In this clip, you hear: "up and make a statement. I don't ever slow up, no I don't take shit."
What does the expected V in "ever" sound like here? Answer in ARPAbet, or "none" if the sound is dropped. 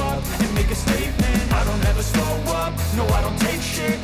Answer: V